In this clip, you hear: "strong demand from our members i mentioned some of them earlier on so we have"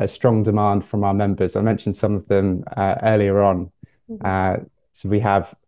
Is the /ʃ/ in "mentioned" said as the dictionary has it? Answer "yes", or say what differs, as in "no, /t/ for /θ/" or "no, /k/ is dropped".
yes